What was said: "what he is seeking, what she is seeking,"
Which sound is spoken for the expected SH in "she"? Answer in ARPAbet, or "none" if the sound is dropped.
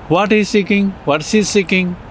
S